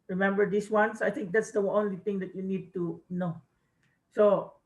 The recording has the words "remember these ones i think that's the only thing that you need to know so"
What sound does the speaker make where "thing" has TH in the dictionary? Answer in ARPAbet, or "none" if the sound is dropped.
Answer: T